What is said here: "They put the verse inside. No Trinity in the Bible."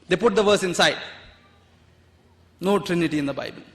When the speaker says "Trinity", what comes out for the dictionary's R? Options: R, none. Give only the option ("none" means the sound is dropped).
R